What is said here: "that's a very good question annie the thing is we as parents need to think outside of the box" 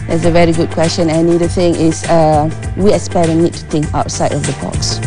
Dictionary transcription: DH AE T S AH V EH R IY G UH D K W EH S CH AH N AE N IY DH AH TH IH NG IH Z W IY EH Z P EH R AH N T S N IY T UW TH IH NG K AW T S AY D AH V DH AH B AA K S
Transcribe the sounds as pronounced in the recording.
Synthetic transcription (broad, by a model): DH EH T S AH V EH R IY G UH D K W EH S CH AH N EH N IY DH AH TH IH NG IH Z W IY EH S P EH AH T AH N IY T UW T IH NG K AW T S AY D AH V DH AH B AA K S